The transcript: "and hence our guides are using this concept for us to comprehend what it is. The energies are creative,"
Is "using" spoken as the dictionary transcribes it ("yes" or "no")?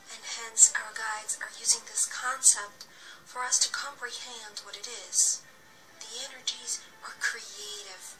yes